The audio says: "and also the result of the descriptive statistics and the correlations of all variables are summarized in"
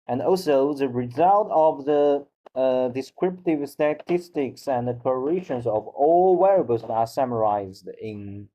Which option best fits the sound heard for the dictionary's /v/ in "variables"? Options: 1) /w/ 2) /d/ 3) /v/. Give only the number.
1